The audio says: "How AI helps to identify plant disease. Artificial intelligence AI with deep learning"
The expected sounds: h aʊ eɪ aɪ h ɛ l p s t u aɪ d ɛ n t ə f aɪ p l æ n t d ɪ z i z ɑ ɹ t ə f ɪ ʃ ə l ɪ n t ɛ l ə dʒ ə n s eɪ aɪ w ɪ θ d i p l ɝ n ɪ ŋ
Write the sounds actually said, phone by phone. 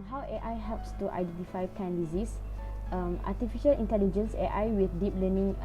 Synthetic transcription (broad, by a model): h aʊ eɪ aɪ h ɛ l p s t u aɪ d ɛ n t ə f aɪ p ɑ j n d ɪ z i s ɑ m t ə f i ʃ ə l ɪ n t ɛ l ə dʒ ə n s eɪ aɪ w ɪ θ d i p l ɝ n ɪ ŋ